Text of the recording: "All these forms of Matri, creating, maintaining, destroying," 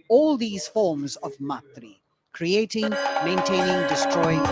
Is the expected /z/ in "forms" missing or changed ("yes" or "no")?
no